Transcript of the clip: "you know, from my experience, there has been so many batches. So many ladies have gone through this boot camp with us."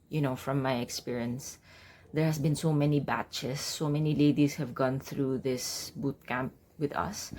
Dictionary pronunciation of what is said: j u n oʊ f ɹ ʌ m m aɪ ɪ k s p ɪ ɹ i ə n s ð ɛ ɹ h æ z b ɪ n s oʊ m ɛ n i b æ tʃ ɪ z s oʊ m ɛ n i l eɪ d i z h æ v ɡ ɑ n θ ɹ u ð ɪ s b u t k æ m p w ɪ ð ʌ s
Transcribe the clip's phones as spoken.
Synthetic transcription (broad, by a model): j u n oʊ f ɹ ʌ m m aɪ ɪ k s p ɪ ɹ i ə n s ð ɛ ɹ h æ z b ɪ n s oʊ m ɛ n i b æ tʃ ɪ s oʊ m ɛ n i l eɪ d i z h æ v ɡ ɑ n θ ɹ u ð ɪ s b u t k æ m p w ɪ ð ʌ s